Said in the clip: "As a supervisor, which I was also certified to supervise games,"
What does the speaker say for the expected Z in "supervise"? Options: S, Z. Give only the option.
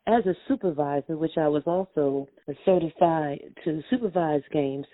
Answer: Z